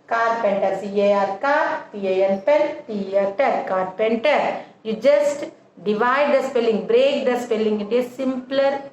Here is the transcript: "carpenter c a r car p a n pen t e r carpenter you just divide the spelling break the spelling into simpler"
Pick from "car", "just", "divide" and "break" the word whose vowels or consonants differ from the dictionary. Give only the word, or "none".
none